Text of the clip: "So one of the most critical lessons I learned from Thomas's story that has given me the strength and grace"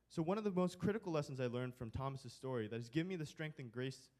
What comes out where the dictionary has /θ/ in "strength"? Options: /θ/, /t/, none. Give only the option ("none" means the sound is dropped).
/θ/